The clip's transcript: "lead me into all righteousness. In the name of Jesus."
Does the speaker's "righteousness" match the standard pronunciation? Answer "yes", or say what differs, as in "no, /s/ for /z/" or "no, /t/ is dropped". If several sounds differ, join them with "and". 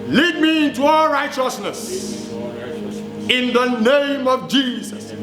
yes